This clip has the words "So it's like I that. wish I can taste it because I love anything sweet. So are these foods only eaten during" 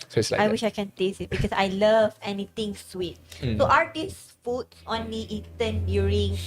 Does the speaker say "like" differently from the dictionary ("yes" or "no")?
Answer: yes